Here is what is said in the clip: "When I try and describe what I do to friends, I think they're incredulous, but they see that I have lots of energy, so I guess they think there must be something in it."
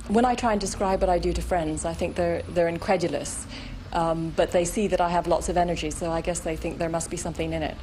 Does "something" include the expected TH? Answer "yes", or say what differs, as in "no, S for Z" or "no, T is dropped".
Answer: yes